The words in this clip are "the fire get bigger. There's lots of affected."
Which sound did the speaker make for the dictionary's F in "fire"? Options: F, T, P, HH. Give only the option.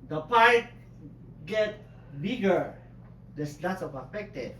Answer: P